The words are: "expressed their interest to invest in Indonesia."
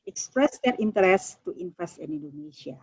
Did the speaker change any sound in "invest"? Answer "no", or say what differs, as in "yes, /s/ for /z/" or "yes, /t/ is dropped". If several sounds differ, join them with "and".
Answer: yes, /f/ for /v/